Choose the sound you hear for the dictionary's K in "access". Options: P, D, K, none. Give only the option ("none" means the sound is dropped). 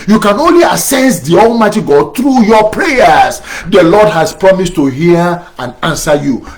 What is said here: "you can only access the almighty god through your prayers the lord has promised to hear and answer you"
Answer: none